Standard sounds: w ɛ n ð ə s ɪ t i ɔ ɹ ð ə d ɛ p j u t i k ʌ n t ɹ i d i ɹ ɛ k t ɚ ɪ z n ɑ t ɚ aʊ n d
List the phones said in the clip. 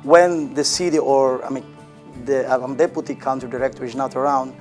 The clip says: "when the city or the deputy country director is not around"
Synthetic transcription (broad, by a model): w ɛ n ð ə s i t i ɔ ɹ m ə d ɛ p j u t i k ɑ n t i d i ɹ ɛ k t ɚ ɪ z n ɑ t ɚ aʊ n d